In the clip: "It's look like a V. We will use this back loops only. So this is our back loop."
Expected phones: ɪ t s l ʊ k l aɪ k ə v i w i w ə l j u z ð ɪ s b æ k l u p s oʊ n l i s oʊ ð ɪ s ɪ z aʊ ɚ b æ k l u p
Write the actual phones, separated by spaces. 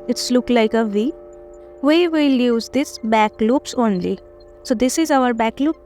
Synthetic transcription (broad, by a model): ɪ t s l ʊ k l aɪ k ə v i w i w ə l j u z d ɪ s b æ k l u p s oʊ n l i s oʊ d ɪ s ɪ z aʊ ɚ b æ k l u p